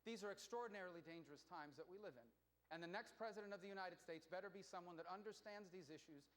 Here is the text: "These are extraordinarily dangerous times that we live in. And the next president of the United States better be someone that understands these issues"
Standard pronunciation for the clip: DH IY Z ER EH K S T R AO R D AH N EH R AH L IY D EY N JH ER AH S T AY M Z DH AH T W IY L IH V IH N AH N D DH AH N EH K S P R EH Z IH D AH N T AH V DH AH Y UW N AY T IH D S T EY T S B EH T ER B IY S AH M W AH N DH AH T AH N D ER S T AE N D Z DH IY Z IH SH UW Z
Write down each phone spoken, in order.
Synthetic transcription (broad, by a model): DH IY Z ER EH K S T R AO R D N EH R L IY D EY N JH ER AH S T AY M Z DH AH T W IY L IH V IH N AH N DH AH N EH K S P R EH Z IH D AH N T AH V DH AH Y UW N AY T IH D S T EY T S B EH T ER B IY S AH M W AH N DH AH T AH N D ER S T AE N D Z DH IY Z IH SH UW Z